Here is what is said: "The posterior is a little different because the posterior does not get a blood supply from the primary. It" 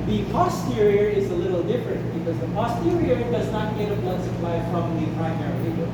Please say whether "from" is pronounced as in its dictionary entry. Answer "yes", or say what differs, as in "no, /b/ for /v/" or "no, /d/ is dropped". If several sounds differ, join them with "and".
no, /p/ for /f/